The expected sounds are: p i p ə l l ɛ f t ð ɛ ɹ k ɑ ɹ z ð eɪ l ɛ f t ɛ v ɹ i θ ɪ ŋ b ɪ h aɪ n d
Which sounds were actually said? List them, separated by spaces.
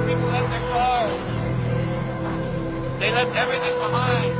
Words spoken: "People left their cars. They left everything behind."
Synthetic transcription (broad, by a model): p i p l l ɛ t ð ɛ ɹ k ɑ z ð eɪ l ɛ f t ɛ v ɹ i θ ɪ ŋ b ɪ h aɪ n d